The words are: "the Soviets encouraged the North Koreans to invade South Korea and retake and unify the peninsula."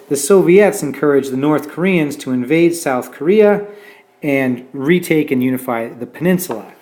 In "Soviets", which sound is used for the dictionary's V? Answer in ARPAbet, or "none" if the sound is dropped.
V